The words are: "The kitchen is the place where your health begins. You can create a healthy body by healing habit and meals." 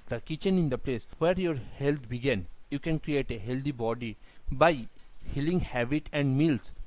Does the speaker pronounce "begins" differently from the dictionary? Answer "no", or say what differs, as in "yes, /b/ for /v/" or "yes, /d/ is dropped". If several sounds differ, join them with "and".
yes, /z/ is dropped